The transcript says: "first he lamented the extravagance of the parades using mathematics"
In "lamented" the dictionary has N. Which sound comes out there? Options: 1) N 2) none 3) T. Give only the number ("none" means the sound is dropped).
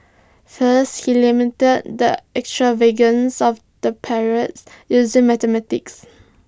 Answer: 2